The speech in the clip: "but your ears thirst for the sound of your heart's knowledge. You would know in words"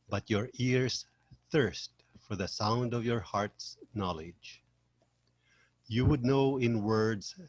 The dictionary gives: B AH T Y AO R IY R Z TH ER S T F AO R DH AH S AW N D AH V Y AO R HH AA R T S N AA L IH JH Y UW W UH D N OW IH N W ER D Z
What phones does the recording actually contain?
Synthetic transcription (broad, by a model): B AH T Y AO R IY R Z TH ER S T F AO R DH AH S AW N D AH V Y AO R HH AA R T S N AA L IH JH Y UW W UH D N OW IH N W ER D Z